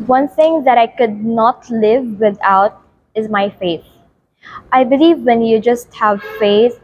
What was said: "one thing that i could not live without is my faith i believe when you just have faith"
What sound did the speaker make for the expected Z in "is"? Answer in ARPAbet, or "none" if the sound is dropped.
Z